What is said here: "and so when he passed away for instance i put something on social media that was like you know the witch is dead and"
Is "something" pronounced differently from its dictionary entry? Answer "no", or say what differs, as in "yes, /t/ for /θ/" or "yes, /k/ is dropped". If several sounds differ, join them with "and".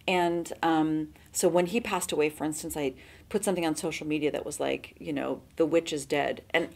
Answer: no